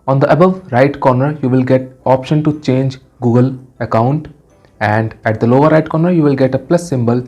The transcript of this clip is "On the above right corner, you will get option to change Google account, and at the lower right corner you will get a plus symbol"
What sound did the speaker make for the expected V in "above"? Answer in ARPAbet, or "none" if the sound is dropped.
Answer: V